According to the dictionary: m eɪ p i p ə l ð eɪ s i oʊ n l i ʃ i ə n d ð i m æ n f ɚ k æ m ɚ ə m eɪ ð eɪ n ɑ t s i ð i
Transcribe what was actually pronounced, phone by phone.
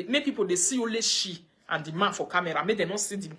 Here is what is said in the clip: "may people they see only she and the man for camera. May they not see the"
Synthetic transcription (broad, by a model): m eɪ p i p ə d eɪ s i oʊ l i ʃ i ə n d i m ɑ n f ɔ k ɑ m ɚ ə m eɪ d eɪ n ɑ s i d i